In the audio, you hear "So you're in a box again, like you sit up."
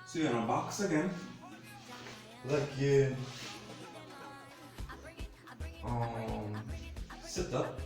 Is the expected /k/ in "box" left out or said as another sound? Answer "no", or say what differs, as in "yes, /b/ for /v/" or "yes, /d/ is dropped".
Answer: no